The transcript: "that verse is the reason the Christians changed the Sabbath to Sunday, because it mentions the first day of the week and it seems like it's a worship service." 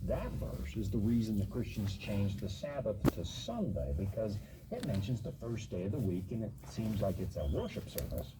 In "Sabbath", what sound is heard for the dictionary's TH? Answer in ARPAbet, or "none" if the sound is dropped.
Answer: TH